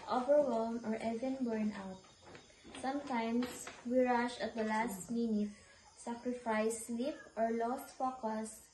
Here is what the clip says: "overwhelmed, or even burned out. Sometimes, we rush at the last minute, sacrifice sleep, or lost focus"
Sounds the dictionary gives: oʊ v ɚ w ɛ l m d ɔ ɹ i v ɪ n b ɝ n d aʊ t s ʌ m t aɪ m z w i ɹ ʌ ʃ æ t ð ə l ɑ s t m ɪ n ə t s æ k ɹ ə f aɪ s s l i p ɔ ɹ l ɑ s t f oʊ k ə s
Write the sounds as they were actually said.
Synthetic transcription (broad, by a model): oʊ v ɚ w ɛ l m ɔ ɹ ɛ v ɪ n b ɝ n aʊ t s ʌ m t aɪ m s w i ɹ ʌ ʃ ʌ t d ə l ɑ s t m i n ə t s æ k ɹ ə f aɪ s s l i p ɔ ɹ l ɑ s t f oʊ k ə s